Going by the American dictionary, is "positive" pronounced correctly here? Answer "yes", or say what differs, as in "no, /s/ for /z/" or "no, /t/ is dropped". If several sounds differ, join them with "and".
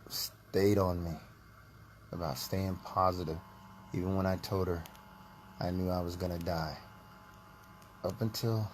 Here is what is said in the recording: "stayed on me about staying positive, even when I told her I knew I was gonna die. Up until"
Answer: yes